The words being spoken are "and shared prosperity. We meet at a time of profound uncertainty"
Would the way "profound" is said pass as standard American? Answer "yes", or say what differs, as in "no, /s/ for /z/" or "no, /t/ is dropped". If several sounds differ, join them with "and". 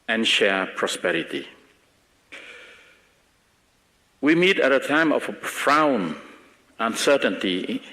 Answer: no, /d/ is dropped